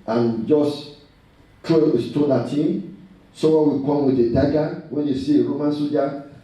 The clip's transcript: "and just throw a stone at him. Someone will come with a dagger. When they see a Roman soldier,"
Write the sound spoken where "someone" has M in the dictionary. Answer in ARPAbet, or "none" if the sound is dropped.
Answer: none